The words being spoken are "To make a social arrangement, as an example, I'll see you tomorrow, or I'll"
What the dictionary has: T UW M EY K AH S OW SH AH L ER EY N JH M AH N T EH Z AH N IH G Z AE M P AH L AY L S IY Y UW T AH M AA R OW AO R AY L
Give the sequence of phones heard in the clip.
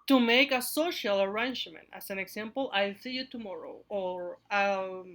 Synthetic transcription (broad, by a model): T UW M EY K AH S OW SH AH L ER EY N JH M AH N T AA S AH N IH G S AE M P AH L AY L S IY Y UW T AH M AA R OW AO R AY